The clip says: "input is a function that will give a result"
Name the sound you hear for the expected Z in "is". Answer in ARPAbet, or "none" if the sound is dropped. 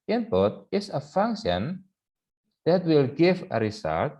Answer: S